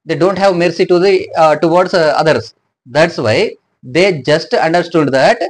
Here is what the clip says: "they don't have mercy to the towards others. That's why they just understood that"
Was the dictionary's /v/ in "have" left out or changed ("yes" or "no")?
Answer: no